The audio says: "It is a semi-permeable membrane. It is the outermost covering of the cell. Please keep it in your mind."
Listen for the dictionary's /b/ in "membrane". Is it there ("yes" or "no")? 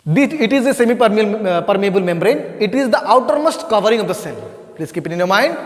yes